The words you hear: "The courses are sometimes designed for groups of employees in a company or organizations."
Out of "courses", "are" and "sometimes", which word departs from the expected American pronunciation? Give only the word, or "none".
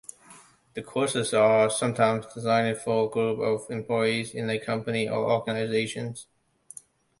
none